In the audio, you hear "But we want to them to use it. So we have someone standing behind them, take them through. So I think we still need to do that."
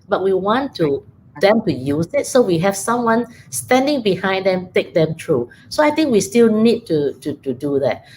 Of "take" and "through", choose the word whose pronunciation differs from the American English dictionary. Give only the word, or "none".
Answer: through